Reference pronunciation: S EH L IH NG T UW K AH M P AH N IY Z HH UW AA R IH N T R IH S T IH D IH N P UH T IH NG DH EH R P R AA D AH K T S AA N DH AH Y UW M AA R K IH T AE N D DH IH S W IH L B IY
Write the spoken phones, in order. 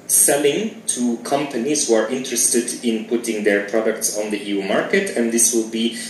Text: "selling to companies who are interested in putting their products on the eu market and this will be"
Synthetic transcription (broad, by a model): S EH L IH NG T UW K AH M P AH N IY Z HH UW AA R IH N T R IH S T IH D IH N P UH T IH NG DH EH R P R AA D AH K T S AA N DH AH Y UW M AA R K IH T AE N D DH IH S W IH L B IY